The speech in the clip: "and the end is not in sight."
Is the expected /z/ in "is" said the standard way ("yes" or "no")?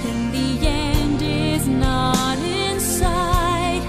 yes